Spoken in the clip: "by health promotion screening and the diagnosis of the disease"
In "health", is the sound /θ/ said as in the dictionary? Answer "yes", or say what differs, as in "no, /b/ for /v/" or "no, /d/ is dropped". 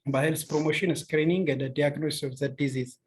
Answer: no, /s/ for /θ/